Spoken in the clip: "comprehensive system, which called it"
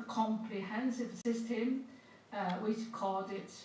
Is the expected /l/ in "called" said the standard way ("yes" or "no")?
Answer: no